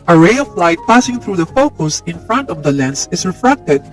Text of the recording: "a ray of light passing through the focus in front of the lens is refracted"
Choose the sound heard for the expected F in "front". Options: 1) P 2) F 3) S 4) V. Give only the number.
2